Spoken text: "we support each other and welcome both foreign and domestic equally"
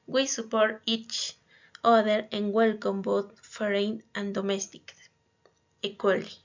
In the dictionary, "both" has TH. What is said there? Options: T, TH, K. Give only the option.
T